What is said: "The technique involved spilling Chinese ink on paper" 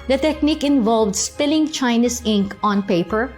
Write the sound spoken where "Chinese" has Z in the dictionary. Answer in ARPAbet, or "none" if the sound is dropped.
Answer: S